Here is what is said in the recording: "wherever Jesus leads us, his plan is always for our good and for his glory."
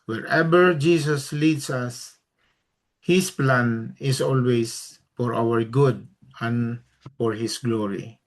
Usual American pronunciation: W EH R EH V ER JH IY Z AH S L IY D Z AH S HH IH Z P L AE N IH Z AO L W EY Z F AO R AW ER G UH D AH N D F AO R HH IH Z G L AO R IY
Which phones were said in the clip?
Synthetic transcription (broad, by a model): W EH R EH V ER JH IY S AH S L IY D S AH S HH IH S P L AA N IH S AO L W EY S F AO R AW ER G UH D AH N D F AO R HH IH S G L AO R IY